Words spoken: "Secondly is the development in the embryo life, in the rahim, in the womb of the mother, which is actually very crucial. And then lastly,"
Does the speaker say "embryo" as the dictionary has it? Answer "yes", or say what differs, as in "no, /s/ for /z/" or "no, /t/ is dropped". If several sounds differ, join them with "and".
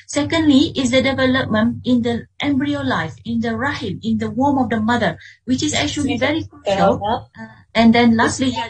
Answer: yes